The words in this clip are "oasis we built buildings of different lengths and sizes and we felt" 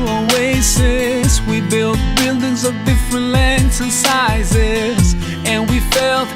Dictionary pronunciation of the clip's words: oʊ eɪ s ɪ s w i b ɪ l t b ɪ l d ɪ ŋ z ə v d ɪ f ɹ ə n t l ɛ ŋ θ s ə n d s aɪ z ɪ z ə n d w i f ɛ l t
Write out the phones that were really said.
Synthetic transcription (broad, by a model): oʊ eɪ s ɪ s w i b ɪ l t b ɪ l d ɪ ŋ z ə v d ɪ f ɹ ə n t l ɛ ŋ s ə n s aɪ z ɪ z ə n w i f ɛ l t